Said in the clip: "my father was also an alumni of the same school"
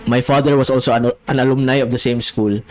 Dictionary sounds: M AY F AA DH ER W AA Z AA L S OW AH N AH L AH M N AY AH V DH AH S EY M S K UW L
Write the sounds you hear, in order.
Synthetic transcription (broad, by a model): M AY F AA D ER W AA S AA L S OW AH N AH N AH M N AY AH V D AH S EY M S K UW L